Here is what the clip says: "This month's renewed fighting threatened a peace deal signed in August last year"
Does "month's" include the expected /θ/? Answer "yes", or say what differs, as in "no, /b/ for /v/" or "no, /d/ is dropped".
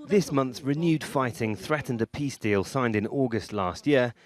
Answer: yes